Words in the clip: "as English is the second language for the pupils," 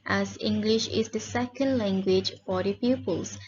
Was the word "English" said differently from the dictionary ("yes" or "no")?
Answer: no